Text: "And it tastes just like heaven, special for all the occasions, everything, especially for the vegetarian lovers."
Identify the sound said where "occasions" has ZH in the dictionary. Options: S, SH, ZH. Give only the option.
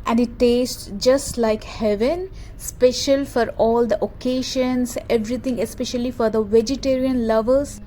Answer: SH